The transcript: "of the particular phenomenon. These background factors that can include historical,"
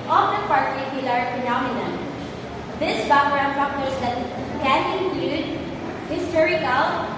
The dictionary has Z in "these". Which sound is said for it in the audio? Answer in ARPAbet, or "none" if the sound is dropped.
S